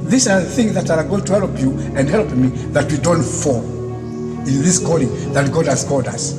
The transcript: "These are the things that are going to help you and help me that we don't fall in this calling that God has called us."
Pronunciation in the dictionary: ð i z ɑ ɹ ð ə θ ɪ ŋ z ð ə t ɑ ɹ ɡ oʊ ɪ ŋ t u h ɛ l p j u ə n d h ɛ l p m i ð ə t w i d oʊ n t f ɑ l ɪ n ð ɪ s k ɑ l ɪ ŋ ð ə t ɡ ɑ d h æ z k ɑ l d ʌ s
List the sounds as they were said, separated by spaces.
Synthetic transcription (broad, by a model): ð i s ɑ ɹ ð ə θ ɪ ŋ z ð ə t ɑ l ɡ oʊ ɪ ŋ t u h ɛ l p j u ə n d h ɛ l p m i ð ə t w i d oʊ n t f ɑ ɪ n ð ɪ s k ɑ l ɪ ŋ ð ə t ɡ ɑ d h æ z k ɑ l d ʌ s